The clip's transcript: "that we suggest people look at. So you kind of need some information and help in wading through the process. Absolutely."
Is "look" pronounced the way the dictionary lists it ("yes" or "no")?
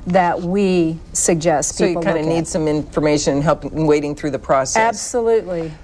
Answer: no